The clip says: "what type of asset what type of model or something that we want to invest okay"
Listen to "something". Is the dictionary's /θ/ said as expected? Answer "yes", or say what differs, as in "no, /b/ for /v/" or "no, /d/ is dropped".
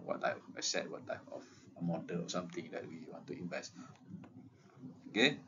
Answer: no, /t/ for /θ/